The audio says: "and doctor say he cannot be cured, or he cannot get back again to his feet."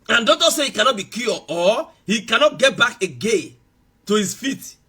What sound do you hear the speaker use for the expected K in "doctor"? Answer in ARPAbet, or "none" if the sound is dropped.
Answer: none